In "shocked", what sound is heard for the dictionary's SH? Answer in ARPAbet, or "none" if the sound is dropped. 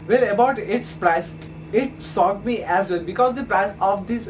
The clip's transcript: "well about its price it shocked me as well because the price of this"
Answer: S